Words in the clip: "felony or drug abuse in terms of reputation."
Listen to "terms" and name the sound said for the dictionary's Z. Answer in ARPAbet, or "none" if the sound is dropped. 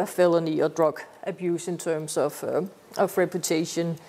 S